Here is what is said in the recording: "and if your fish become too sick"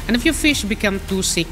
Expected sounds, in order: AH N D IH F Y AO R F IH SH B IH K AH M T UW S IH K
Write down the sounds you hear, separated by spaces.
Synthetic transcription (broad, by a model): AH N IH F Y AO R F IH SH B IH K AH M T UW S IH K